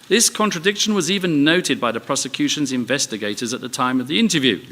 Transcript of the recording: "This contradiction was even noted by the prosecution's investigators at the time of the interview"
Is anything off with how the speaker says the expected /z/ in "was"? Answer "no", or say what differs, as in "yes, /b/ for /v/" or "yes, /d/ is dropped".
no